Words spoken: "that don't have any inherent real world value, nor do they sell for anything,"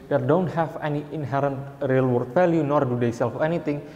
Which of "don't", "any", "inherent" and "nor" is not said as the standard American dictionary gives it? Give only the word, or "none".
none